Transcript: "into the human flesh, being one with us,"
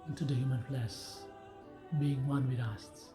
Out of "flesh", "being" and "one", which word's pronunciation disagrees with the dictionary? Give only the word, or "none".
flesh